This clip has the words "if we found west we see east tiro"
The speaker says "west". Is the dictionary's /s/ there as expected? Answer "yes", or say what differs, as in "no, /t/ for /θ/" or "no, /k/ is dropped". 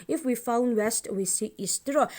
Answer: yes